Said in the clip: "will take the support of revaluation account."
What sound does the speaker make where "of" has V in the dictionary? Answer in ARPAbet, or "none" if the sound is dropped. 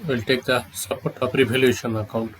P